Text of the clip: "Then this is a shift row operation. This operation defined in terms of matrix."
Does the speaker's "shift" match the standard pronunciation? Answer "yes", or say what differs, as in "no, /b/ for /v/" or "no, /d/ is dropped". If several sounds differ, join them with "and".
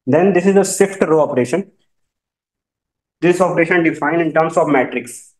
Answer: no, /s/ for /ʃ/